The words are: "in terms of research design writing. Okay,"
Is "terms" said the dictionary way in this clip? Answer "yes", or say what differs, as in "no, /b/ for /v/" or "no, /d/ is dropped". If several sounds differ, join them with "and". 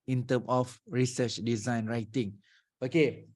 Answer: no, /z/ is dropped